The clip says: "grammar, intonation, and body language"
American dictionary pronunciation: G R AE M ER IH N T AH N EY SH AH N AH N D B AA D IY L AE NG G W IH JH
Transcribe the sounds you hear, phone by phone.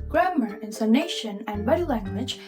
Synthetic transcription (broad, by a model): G R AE M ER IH N S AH N EY SH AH N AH N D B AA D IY L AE NG G W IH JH